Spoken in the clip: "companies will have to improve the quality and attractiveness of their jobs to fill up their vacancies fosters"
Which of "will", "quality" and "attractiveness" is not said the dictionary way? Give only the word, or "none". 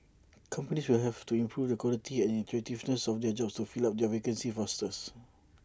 attractiveness